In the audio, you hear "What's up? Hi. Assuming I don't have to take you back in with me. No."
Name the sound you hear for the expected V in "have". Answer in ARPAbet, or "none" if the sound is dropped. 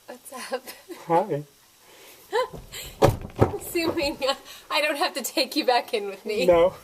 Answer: F